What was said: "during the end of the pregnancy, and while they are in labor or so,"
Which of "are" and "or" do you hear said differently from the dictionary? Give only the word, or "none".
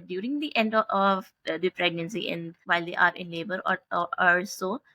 or